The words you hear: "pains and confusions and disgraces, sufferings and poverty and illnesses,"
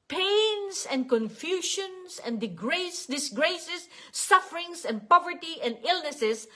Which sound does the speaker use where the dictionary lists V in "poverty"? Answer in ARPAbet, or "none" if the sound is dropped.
V